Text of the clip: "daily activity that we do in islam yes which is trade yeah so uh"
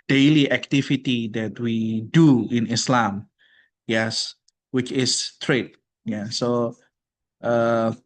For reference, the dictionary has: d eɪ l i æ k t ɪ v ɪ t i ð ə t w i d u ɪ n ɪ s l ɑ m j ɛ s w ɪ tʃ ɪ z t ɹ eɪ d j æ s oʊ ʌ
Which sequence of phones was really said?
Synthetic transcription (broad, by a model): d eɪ l i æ k t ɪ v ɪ t i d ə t w i d u ɪ n ɪ s l ɑ m j ɛ s w ɪ tʃ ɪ s t ɹ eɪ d j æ s oʊ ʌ